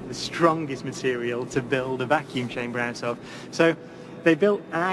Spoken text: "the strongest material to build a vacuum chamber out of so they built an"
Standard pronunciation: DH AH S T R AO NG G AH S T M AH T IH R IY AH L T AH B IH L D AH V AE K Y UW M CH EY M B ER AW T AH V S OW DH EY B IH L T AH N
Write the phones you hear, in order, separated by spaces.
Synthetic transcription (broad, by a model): DH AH S T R AO NG G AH S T M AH T IH R IY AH L T AH B IH L D AH V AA K Y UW M CH EY M B ER AW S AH F S OW DH EY B IH L T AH